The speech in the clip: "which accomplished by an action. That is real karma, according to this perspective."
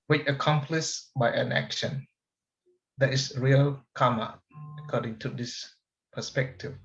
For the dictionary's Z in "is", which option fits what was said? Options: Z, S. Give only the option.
S